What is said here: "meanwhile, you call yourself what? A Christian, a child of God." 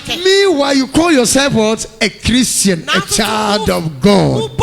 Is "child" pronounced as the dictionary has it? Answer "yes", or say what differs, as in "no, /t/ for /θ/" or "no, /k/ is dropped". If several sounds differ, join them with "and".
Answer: yes